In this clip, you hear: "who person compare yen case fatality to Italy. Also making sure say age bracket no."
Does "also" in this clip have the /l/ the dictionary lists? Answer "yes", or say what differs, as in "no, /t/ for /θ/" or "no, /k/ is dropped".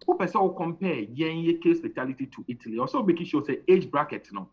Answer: no, /l/ is dropped